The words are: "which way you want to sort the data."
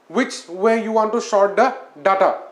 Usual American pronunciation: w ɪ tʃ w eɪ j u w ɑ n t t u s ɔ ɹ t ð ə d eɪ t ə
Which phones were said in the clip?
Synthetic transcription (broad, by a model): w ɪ tʃ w eɪ j u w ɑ n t t u ʃ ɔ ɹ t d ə d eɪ t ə